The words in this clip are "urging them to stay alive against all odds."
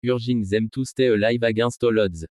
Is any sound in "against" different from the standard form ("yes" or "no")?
yes